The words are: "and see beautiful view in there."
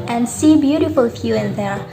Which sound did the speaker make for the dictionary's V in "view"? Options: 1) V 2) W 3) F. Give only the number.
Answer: 3